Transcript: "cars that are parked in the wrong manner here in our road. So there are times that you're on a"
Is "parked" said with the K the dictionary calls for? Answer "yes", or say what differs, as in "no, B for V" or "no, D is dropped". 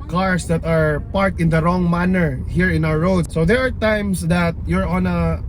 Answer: no, K is dropped